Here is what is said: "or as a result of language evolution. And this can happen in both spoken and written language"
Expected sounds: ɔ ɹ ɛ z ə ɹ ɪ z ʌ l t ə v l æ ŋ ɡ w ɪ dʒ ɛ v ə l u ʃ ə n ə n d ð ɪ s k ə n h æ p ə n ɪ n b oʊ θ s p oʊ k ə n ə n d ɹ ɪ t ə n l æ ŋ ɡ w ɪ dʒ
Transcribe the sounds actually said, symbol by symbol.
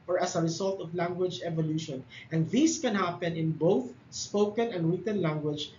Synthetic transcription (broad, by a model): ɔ ɹ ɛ s ə ɹ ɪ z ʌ l t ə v l æ ŋ ɡ w ɪ dʒ ɛ v ə l u ʃ ə n ə n d ð ɪ s k ə n h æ p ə n ɪ n b oʊ θ s p oʊ k ə n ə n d ɹ ɪ t ə n l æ ŋ ɡ w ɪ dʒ